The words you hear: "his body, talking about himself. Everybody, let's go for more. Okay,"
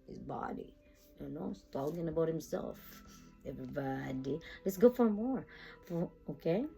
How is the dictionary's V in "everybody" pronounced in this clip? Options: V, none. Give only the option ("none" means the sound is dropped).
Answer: V